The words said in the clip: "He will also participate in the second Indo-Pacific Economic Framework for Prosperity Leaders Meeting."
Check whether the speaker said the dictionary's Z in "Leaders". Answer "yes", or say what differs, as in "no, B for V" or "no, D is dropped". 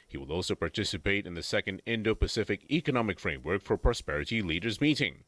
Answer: yes